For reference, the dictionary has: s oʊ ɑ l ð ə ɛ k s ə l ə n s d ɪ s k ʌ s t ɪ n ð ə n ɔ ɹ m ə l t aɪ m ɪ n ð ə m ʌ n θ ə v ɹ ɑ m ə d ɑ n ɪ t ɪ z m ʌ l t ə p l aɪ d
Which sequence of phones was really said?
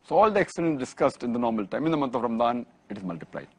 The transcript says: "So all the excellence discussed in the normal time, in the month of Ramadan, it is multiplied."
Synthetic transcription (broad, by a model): s oʊ ɑ l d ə ɛ k s ə l ə n s d ɪ s k ʌ s t ɪ n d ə n ɔ ɹ m ə l t aɪ m ɪ n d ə m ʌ n t ə v ɹ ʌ m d ɑ n ɪ t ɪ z m ʌ l t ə p l aɪ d